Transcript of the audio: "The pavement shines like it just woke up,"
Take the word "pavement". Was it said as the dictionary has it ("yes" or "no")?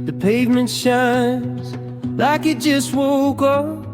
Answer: yes